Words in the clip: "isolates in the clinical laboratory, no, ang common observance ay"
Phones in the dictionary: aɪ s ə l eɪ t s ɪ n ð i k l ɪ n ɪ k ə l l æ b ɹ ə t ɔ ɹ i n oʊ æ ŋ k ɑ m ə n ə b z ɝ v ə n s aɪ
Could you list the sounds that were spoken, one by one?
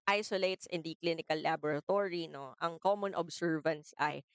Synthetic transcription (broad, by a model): aɪ s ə l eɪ t s ɪ n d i k l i n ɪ k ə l l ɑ b ɹ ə t ɔ ɹ i n oʊ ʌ ŋ k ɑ m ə n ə b s ɝ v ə n s aɪ